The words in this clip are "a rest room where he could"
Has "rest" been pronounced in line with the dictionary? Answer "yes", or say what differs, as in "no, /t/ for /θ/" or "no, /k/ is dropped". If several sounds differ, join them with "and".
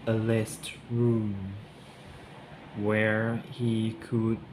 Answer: no, /l/ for /ɹ/